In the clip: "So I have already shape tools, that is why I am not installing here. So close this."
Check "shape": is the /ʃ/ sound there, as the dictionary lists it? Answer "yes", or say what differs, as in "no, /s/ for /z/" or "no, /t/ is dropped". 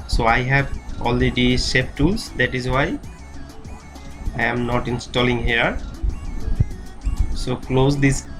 no, /s/ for /ʃ/